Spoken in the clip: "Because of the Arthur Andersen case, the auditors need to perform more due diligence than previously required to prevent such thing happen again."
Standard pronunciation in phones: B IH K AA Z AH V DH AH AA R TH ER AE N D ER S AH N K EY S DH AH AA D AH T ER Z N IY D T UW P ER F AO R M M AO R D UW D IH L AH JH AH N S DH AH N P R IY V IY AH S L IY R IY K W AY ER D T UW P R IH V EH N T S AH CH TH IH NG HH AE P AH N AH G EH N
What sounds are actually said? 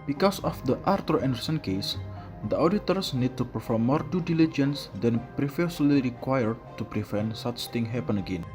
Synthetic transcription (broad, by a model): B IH K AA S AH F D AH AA R T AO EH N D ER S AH N K EY S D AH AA D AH T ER S N IY D T UW P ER F AO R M M AO R D UW D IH L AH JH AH N S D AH N P R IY F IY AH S L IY R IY K W AY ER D T UW P R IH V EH N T S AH CH T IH NG HH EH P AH N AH G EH N